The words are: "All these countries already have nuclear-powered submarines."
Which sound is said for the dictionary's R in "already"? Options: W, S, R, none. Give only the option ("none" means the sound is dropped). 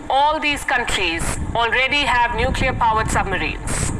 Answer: R